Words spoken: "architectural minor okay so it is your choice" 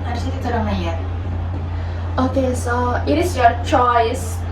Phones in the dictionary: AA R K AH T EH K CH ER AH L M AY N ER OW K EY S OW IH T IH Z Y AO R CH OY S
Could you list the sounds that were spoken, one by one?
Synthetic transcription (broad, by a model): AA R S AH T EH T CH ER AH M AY ER OW K EY S OW IH T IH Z Y AO R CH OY S